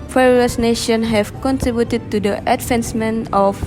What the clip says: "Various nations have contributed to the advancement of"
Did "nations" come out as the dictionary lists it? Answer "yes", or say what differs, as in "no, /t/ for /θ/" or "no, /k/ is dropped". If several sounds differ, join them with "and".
no, /z/ is dropped